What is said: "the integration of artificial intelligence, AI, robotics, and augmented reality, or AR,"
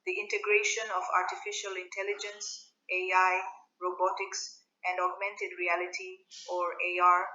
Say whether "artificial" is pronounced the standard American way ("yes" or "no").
yes